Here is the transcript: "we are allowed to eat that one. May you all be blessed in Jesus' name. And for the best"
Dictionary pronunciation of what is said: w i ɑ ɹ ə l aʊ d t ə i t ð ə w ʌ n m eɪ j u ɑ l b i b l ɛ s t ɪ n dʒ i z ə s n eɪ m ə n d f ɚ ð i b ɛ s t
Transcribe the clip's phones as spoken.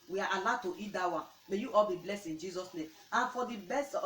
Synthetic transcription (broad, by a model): w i ɑ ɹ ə l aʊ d t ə i t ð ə w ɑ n m eɪ j u ɑ l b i b l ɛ s ɪ n dʒ i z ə s n eɪ m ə n f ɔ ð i b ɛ s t